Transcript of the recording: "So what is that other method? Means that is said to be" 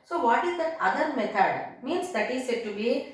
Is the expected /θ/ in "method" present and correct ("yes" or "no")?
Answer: no